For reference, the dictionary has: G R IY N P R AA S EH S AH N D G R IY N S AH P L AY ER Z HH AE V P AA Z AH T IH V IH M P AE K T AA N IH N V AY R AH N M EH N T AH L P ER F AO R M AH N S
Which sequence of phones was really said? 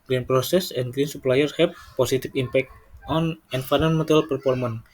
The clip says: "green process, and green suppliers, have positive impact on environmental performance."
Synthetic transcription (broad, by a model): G R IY N P R AA S EH S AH N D G R IY N S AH P L AY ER HH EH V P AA S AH T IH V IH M P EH K T AA N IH N F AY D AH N M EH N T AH L P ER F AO R M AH N